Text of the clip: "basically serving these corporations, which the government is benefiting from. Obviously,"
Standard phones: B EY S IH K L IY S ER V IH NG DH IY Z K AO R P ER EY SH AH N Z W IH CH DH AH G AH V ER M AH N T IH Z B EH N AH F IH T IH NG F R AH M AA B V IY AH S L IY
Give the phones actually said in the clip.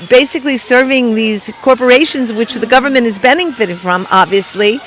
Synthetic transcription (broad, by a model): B EY S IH K L IY S ER V IH NG DH IY Z K AO R P ER EY SH AH N Z W IH CH DH AH G AH V ER M AH N T IH Z B EH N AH F IH T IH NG F R AH M AA B V IY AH S L IY